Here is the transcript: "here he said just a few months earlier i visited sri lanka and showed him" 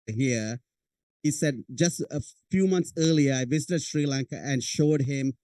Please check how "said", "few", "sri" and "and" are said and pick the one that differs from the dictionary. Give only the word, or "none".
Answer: none